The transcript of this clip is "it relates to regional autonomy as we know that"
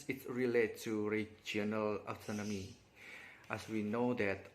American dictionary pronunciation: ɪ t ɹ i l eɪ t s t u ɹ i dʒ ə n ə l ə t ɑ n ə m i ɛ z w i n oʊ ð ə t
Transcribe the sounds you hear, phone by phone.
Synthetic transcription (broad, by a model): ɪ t ɹ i l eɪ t t u ɹ i dʒ ə n ə l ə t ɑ n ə m i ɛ s w i n oʊ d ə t